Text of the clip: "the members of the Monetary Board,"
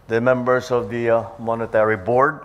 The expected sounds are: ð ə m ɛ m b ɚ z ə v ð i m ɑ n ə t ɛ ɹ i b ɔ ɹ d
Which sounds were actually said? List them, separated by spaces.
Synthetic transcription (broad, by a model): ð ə m ɛ m b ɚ s ə v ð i m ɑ n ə t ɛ ɹ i b ɔ ɹ d